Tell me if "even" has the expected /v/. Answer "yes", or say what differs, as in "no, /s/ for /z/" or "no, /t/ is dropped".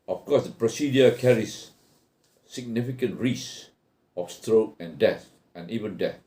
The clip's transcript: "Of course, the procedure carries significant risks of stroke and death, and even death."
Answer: yes